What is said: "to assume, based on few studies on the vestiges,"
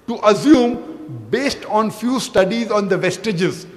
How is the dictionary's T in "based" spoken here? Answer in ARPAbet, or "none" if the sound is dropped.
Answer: T